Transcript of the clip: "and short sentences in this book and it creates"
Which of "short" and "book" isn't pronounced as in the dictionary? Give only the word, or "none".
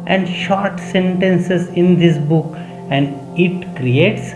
none